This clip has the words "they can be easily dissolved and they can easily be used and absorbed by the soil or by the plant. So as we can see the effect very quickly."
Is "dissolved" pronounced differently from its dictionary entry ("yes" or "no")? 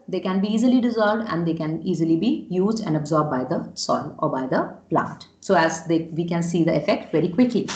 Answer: no